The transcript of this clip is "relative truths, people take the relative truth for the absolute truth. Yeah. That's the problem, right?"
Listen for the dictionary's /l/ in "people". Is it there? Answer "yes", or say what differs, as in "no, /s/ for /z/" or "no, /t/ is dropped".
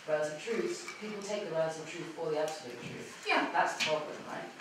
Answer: yes